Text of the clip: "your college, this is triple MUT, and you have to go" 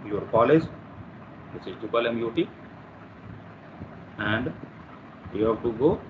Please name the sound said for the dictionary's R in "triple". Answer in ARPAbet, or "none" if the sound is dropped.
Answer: none